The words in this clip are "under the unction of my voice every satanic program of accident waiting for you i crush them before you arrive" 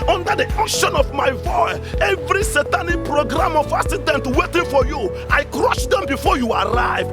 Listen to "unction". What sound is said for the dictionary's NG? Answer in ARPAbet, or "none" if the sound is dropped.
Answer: none